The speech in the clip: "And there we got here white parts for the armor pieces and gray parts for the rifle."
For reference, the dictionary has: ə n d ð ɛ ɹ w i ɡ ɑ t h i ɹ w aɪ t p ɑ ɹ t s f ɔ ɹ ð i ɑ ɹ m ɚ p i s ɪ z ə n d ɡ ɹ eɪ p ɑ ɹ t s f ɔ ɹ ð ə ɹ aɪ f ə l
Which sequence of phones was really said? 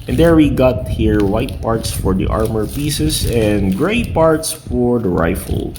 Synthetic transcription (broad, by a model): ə n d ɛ ɹ w i ɡ ɑ t h i ɹ w aɪ t p ɑ ɹ t s f ɔ ɹ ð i ɑ ɹ m ɚ p i s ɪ s ə n d ɡ ɹ eɪ p ɑ ɹ t s f ɔ ɹ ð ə ɹ aɪ f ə l